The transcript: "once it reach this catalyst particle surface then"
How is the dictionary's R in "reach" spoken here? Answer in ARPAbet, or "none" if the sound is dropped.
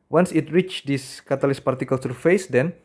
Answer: R